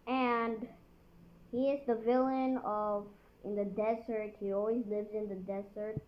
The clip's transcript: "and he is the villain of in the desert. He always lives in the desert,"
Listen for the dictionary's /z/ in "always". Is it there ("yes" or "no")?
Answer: yes